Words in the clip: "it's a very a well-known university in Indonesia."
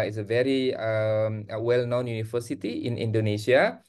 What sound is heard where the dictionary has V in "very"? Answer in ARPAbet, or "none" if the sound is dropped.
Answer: V